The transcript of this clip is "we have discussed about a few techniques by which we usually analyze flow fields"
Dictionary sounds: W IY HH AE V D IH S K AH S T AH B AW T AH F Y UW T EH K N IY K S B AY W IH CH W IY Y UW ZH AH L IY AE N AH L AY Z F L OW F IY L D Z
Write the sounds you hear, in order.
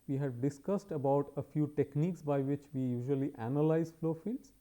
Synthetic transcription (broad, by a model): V IY HH AE V D IH S K AH S T AH B AW T AH F Y UW T EH K N IY K S B AY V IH CH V IY Y UW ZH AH L IY AE N AH L AY Z F L OW F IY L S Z